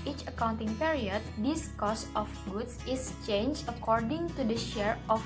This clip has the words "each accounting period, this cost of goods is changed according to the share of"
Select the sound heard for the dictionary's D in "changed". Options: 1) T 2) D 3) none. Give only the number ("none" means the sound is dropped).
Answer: 3